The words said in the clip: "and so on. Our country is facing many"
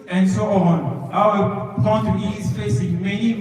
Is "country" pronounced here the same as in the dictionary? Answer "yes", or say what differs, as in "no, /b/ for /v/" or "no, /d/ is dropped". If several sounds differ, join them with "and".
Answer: no, /ɹ/ is dropped